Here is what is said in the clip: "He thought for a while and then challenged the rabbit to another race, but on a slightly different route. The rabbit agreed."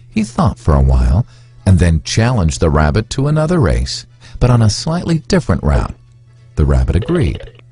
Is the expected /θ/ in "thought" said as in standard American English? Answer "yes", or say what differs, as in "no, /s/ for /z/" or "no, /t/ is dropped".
yes